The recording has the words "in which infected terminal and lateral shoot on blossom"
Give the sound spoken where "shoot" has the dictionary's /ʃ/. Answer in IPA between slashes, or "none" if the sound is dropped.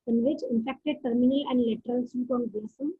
/s/